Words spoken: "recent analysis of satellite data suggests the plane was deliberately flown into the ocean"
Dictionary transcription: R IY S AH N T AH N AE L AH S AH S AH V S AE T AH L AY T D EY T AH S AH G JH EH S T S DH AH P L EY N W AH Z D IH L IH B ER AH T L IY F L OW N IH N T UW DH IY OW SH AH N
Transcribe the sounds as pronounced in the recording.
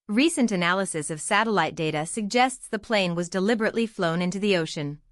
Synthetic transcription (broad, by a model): R IY S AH N T AH N AE L AH S AH S AH V S AE T AH L AY T D EY T AH S AH G JH EH S T S DH AH P L EY N W AH Z D IH L IH B ER AH T L IY F L OW N IH N T UW DH IY OW SH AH N